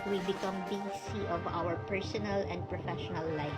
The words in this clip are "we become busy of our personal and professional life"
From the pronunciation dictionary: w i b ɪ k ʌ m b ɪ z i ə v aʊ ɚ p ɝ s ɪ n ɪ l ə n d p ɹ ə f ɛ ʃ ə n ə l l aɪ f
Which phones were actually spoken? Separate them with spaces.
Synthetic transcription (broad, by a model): w i b ɪ k ʌ m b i s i ə v aʊ ɚ p ɝ s ɪ n ɪ l ə n d p ɹ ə f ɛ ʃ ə n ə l l aɪ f